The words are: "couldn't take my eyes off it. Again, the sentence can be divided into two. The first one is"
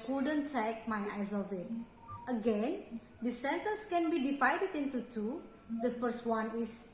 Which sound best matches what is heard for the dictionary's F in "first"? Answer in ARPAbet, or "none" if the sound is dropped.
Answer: F